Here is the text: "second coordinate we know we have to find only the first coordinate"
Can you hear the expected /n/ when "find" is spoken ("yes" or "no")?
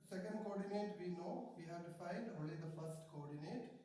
no